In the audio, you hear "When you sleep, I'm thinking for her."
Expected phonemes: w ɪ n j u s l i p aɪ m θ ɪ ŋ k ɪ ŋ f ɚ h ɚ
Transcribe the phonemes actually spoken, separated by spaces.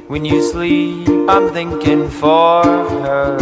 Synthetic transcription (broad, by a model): w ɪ n j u s l i p aɪ m θ ɪ ŋ k ɪ ŋ f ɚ h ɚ